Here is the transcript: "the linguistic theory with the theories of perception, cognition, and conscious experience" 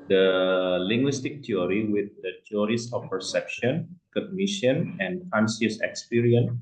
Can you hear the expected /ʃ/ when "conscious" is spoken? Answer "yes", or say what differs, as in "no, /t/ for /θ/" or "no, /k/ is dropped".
no, /s/ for /ʃ/